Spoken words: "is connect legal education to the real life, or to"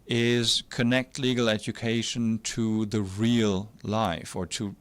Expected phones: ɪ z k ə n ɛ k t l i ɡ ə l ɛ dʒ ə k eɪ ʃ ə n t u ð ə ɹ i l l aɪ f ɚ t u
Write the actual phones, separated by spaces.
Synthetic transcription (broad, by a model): ɪ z k ə n ɛ k t l i ɡ ə l ɛ dʒ ə k eɪ ʃ ə n t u ð ə ɹ i l l aɪ f ɚ t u